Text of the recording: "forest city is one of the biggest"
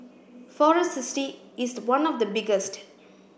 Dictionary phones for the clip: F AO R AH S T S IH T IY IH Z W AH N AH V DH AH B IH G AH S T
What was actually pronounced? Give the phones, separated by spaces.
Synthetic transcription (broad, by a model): F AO R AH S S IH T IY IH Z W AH N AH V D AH B IH G AH S T